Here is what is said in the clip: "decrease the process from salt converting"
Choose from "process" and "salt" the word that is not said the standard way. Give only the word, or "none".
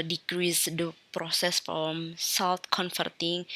salt